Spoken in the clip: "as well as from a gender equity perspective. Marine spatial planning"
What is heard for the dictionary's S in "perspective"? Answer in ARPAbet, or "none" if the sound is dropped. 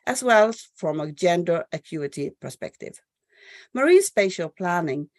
S